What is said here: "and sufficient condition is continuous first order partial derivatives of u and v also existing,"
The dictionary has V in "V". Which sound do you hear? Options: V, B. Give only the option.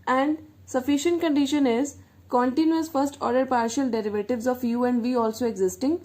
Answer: V